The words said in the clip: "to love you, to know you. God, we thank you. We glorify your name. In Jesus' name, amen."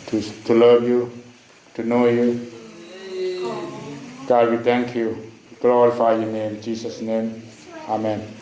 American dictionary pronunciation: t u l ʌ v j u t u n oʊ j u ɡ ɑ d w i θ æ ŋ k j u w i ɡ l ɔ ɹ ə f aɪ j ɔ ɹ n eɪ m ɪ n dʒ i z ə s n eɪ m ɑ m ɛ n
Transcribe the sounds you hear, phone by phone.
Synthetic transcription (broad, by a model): t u l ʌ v j u t u n oʊ j u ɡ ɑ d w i t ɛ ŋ k j u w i ɡ l ɔ ɹ ə f aɪ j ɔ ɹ n eɪ m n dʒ i s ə s n eɪ m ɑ m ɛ n